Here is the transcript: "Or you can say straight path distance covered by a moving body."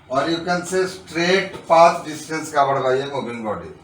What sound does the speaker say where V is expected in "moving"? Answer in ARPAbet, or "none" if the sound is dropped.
B